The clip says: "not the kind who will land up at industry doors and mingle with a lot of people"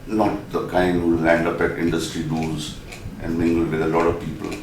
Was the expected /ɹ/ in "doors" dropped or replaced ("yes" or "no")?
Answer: yes